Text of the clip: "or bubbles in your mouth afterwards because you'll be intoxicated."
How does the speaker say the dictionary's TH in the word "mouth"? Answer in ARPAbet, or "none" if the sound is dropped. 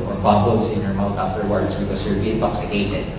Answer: T